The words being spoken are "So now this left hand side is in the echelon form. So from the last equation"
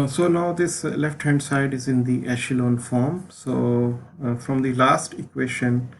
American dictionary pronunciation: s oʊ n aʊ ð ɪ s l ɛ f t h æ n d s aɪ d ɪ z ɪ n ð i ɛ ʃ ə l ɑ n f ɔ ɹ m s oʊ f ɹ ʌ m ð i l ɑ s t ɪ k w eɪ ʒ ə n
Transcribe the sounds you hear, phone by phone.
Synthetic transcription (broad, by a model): s oʊ n aʊ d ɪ s l ɛ f t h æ n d s aɪ d ɪ z ɪ n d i ɛ ʃ ə l ɑ n f ɔ ɹ m s oʊ f ɹ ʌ m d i l ɑ s t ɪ k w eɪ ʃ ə n